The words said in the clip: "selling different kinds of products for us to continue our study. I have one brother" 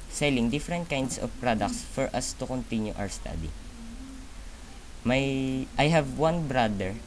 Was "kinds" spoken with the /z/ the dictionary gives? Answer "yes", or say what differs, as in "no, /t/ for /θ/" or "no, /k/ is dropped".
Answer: no, /s/ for /z/